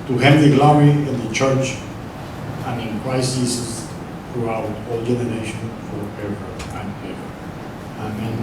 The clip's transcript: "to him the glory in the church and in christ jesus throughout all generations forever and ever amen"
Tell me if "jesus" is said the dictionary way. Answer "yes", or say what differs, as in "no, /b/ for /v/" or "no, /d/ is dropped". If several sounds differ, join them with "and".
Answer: no, /s/ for /z/